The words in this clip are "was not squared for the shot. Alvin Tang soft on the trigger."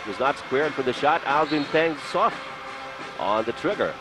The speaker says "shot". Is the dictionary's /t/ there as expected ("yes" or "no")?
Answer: yes